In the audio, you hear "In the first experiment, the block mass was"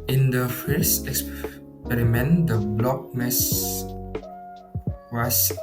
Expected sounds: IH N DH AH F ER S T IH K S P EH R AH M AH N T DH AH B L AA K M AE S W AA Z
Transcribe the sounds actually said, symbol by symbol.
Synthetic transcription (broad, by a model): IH N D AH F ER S IH K S P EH R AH M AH N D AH B L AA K M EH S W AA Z